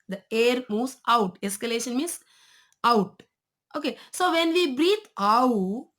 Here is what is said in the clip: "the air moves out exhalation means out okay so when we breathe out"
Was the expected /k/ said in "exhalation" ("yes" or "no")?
no